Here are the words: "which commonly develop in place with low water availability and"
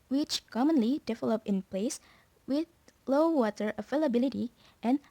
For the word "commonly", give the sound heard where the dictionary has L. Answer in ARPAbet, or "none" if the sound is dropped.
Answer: L